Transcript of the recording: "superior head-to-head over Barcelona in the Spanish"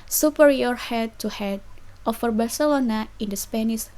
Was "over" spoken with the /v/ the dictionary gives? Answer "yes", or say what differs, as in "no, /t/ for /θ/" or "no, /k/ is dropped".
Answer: no, /f/ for /v/